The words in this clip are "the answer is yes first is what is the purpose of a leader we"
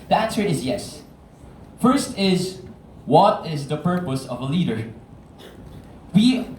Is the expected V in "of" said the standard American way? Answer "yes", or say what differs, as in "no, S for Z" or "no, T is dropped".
yes